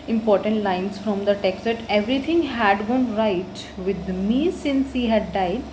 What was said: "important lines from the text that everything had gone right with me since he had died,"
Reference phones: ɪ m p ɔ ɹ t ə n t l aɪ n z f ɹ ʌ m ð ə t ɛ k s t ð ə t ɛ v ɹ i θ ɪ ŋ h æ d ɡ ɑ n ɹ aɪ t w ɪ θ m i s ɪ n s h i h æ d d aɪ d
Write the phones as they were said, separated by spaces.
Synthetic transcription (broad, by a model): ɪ m p ɔ ɹ t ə n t l aɪ n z f ɹ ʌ m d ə t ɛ k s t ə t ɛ v ɹ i t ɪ ŋ h æ d ɡ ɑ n ɹ aɪ t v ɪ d m i s ɪ n s h i h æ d d aɪ d